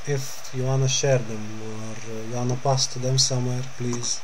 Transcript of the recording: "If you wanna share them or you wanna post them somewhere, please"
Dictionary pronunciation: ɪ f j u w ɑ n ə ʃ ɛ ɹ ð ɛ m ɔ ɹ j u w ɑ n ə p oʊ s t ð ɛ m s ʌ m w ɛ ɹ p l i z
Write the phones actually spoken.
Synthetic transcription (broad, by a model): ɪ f j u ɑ n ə ʃ ɛ ɹ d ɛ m ɔ ɹ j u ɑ n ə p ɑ s t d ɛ m s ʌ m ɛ ɹ p l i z